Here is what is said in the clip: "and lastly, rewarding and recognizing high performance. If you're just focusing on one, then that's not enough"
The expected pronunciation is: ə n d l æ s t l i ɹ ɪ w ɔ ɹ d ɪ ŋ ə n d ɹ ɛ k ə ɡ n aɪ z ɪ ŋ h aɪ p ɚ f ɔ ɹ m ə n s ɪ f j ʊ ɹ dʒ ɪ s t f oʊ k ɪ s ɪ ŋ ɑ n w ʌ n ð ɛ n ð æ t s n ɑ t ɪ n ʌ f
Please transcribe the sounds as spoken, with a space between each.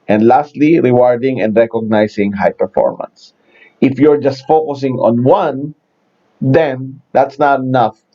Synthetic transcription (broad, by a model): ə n d l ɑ s t l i ɹ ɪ w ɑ ɹ d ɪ ŋ ə n d ɹ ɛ k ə ɡ n aɪ s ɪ ŋ h aɪ p ɚ f ɔ ɹ m ə n s ɪ f j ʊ ɹ dʒ ɪ s t f oʊ k ɪ s ɪ ŋ ɑ n w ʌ n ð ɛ n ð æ t s n ɑ t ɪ n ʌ f